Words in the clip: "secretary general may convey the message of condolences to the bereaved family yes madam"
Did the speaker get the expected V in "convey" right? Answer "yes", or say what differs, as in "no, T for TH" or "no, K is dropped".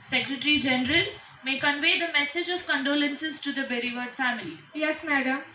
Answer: yes